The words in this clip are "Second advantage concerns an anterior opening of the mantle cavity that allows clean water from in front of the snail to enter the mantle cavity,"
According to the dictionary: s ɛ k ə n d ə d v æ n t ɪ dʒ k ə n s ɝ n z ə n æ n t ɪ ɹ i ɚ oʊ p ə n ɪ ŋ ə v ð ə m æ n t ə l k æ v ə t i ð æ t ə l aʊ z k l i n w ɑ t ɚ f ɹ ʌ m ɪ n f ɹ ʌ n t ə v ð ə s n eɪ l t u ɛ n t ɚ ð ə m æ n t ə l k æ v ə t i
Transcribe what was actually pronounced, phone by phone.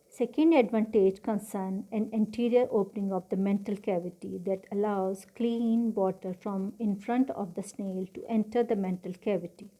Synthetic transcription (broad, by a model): s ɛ k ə n d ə d v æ n t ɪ dʒ k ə n s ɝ n ə n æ n t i ɹ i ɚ oʊ p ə n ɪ ŋ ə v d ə m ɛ n t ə l k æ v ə t i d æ t ə l aʊ z k l i n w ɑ t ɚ f ɹ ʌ m ɪ n f ɹ ʌ n t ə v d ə s n eɪ l t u ɛ n t ɚ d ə m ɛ n t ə l k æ v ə t i